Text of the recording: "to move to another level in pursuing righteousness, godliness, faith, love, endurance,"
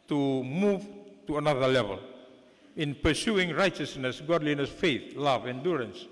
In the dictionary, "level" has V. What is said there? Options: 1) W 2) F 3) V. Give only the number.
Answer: 3